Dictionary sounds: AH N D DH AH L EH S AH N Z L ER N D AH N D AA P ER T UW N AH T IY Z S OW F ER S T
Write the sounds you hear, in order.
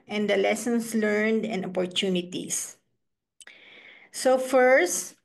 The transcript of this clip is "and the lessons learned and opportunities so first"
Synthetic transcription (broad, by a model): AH N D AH L EH S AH N S L ER N D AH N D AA P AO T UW N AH T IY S S OW F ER S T